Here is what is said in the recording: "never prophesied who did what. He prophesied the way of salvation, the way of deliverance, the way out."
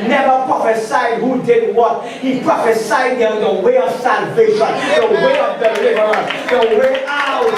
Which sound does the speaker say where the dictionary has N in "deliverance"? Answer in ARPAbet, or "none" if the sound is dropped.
none